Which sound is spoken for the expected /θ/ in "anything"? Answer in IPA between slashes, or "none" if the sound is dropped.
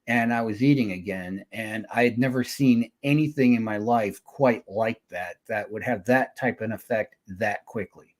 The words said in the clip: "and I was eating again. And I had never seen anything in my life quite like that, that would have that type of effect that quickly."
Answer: /θ/